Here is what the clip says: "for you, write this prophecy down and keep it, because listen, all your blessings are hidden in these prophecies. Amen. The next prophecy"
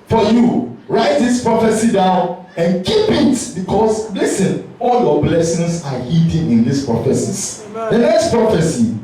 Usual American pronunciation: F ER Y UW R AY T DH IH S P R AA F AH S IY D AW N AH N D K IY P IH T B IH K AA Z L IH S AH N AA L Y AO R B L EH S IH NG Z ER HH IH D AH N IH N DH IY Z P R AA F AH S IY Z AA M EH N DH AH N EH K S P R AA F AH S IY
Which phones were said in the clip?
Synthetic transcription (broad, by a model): F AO Y UW R AY T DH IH S P R AA F AH S IY D AW N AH N K IY P IH T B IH K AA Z L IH S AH N AA L Y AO B L EH S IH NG S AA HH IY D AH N IH N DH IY S P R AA F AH S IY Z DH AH N EH K S P R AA F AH S IY